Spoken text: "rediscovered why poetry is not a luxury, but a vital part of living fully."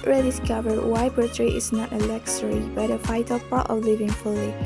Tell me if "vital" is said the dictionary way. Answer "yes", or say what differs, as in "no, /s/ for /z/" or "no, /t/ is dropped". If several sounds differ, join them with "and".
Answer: no, /f/ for /v/